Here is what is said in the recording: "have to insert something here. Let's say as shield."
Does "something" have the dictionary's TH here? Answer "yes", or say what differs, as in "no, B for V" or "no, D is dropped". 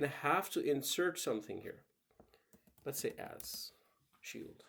yes